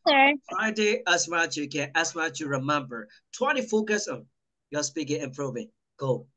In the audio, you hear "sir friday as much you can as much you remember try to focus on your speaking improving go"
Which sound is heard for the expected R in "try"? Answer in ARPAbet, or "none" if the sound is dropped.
W